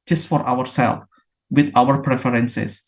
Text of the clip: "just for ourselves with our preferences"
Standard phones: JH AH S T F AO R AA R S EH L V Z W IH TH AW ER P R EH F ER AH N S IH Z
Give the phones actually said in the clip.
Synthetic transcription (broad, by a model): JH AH S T F AO R AA W S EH L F W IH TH AW ER P R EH F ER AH N S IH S